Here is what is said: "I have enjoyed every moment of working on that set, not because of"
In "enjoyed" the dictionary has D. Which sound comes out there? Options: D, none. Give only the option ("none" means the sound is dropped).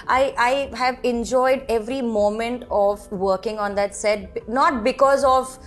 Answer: D